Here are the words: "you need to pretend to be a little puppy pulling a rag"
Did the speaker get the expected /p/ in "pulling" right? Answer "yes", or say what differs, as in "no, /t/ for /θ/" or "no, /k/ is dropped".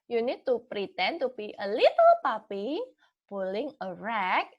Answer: no, /b/ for /p/